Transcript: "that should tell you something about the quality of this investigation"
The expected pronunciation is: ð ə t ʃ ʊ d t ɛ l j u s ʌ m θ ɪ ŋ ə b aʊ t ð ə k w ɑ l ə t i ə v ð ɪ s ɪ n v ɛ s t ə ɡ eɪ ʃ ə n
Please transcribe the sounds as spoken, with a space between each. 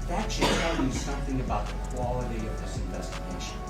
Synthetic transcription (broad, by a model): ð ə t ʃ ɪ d t ɛ l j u s ʌ m θ ɪ ŋ ə b aʊ t ð ə k w ɑ l ə t i ə v ð ɪ s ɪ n v ɛ s t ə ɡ eɪ ʃ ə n